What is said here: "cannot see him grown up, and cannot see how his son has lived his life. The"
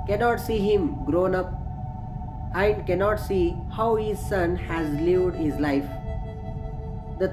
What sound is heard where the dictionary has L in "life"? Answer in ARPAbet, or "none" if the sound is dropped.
L